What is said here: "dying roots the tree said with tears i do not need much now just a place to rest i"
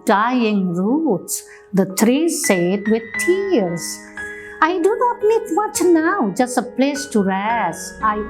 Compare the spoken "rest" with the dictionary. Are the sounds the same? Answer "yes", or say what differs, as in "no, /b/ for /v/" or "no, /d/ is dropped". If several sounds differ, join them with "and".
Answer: no, /t/ is dropped